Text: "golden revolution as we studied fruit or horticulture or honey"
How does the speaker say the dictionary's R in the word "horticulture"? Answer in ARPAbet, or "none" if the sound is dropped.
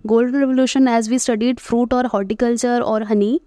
R